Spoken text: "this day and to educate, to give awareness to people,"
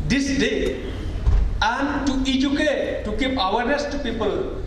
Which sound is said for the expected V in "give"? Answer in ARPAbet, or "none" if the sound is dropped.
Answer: P